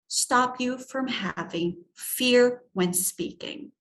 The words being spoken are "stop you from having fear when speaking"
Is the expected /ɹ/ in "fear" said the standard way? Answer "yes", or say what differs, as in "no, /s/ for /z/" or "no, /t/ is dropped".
yes